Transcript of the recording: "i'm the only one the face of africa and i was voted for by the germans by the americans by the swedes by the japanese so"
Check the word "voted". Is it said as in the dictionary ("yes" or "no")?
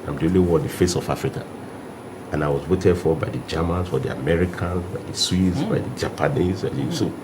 no